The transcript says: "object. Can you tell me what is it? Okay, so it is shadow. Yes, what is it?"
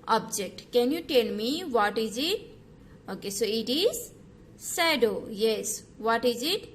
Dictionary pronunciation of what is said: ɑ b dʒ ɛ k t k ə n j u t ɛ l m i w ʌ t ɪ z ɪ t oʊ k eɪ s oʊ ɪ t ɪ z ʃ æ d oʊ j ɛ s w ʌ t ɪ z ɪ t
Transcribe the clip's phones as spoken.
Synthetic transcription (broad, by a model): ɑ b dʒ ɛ k t k ə n j u t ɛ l m i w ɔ t ɪ z ɪ t oʊ k eɪ s oʊ ɪ t ɪ z s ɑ d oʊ j ɛ s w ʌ t ɪ z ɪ t